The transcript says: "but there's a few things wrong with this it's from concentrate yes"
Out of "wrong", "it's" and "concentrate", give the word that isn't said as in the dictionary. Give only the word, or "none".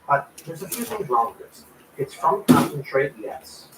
wrong